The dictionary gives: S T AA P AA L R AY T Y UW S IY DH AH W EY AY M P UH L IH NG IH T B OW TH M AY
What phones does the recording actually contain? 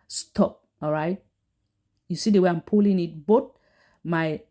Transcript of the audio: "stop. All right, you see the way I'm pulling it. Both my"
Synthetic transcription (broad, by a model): S T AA P AA L R AY T Y UW S IY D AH W EY AY M P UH L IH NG IH T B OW T M AY